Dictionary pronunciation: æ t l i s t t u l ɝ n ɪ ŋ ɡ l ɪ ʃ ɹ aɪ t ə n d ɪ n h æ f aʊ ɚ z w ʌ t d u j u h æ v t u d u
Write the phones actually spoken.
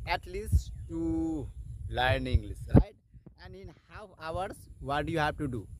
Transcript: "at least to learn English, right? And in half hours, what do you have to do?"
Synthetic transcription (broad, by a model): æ t l i s t t u l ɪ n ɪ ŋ ɡ l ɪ s ɹ aɪ t ə n d ɪ n h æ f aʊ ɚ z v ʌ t d u j u h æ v t u d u